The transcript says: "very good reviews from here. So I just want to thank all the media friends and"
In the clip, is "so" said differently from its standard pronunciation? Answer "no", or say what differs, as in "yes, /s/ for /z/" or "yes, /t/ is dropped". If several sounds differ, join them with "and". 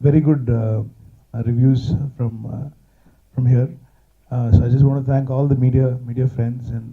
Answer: no